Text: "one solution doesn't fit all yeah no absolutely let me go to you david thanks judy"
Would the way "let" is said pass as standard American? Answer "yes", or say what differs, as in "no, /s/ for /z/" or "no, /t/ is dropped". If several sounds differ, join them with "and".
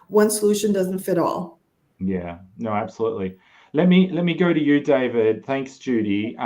yes